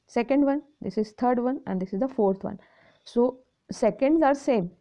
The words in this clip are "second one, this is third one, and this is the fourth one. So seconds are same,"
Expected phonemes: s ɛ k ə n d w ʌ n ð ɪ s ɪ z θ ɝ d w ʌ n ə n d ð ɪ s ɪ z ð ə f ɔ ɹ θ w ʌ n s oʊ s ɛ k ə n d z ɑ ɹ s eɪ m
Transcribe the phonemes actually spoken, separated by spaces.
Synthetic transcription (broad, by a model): s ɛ k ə n d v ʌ n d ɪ s ɪ z t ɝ d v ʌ n ə n d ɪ s ɪ z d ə f ɔ ɹ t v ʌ n s oʊ s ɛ k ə n d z ɑ ɹ s eɪ m